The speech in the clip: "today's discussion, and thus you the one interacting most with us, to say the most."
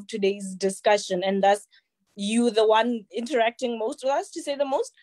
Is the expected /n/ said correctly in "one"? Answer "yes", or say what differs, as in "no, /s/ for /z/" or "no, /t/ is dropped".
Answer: yes